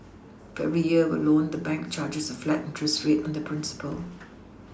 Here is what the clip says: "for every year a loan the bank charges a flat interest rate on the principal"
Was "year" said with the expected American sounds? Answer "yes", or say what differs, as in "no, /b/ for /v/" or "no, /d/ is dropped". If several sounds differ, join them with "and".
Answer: no, /w/ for /ɹ/